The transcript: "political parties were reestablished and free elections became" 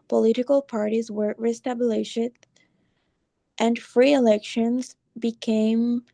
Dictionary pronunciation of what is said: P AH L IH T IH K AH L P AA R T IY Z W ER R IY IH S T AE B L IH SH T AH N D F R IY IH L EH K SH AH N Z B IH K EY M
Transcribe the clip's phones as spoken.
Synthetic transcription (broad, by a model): P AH L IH T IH K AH L P AA R T IY Z W ER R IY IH S T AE B L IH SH T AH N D F R IY IH L EH K SH AH N Z B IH K EY M